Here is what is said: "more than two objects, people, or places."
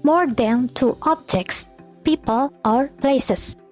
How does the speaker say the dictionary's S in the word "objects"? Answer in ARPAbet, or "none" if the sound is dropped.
S